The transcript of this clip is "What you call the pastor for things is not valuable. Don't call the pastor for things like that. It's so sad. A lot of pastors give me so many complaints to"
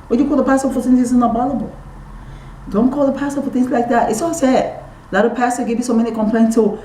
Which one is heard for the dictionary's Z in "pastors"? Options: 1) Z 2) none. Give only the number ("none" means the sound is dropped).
2